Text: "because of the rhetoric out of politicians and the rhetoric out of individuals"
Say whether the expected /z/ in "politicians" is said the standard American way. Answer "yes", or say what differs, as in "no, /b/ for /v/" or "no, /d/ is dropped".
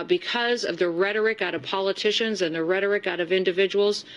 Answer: yes